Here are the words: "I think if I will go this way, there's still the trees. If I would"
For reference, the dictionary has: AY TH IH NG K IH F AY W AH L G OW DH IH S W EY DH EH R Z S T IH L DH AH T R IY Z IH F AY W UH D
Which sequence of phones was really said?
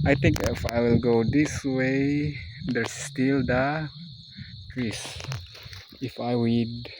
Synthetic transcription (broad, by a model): AY T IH NG K IH F AY W AH L G OW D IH S W EY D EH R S T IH L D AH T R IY S IH F AY W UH D